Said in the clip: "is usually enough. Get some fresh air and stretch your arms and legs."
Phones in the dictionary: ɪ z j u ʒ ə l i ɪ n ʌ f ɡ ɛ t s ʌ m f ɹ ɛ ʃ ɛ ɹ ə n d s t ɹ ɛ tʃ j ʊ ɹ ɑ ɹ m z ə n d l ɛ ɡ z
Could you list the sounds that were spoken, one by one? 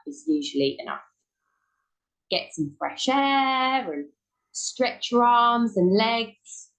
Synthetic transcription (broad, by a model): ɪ z j u ʒ ə l i ɪ n ʌ f ɡ ɛ t s ʌ m f ɹ ɛ ʃ ɛ ɹ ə n s t ɹ ɛ tʃ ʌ ɹ ɑ m z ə n l ɛ ɡ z